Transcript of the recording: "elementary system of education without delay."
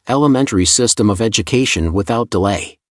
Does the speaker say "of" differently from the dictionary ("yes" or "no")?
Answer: no